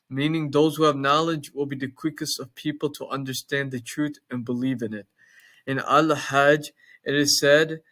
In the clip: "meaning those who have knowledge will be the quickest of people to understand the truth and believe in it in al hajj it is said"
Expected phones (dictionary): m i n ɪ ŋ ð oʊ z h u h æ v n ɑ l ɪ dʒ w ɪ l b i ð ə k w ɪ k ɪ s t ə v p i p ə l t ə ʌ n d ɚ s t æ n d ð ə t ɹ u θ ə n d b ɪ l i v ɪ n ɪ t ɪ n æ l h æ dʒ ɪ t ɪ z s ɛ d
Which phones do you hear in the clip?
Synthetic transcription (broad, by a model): m i n ɪ ŋ ð oʊ z h u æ v n ɑ l ɪ dʒ w ɪ l b i ð ə k w ɪ k ɪ s t ə v p i p l t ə ʌ n d ɚ s t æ n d ð ə t ɹ u θ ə n b ɪ l i v ɪ n ɪ t ɪ n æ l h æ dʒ ɪ t ɪ z s ɛ d